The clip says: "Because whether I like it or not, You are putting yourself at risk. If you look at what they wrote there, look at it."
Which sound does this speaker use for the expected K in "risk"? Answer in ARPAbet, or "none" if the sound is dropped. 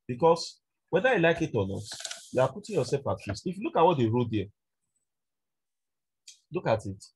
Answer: none